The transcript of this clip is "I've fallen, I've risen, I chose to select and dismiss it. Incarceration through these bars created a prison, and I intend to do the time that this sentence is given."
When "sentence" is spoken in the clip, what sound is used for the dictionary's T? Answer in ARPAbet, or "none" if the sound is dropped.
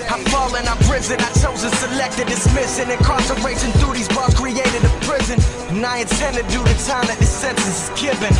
S